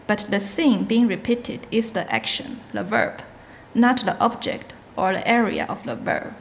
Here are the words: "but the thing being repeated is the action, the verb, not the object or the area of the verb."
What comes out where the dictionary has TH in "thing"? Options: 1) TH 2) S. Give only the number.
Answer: 2